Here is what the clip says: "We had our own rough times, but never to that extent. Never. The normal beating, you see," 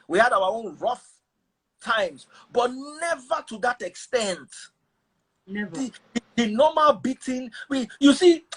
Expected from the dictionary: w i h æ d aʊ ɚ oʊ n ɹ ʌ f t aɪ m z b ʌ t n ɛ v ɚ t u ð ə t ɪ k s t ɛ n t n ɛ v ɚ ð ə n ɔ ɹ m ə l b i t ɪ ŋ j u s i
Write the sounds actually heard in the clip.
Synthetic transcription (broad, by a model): w i h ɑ d aʊ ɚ oʊ n ɹ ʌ f t aɪ m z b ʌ t n ɛ v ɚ t u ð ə t ɪ k s t ɛ n t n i ɚ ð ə n ɔ m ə l b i t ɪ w j u s i